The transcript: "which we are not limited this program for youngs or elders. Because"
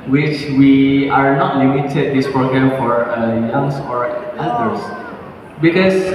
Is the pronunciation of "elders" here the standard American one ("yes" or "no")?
no